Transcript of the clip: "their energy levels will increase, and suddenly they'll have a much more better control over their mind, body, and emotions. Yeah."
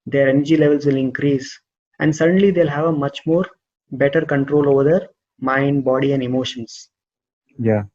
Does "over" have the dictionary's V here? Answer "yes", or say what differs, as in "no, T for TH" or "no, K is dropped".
yes